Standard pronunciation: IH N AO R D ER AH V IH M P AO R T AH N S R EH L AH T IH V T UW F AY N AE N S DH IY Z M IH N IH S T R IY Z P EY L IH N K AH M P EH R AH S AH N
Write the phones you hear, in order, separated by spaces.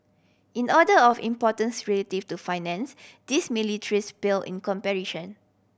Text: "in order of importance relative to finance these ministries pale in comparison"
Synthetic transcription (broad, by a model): IH N AO D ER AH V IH M P AO T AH N S R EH L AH T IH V T UW F AY N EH N S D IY S M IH L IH T R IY S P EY L IH N K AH M P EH R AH SH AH N